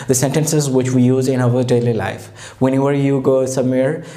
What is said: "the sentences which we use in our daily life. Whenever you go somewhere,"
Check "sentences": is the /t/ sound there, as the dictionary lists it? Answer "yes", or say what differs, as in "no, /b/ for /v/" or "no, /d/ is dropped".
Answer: yes